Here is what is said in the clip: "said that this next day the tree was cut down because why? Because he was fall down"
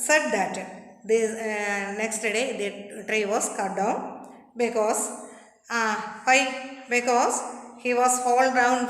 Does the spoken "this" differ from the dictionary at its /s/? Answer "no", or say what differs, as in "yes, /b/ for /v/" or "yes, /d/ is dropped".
yes, /s/ is dropped